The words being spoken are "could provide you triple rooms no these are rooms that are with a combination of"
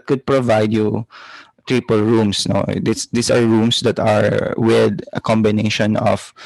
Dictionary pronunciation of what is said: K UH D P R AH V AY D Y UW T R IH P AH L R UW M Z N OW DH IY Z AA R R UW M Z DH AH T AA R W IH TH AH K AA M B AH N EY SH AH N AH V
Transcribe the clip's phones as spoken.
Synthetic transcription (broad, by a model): K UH D P R AH V AY D Y UW T R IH P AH L R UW M S N OW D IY S AA R R UW M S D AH T AA R W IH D AH K AA M B AH N EY SH AH N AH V